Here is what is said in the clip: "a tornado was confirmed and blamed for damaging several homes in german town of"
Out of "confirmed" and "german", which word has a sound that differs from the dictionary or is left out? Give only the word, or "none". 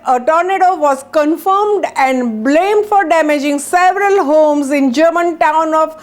none